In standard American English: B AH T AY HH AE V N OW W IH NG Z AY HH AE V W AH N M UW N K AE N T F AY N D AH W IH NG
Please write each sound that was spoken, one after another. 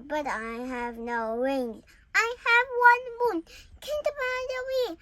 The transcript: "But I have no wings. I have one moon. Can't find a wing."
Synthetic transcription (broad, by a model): B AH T AY HH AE V N OW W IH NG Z AY HH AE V W AH N M UW N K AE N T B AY D AH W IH